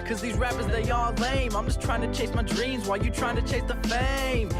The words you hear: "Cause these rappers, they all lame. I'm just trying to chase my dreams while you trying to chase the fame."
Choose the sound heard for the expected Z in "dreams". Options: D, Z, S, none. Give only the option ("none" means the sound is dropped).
Z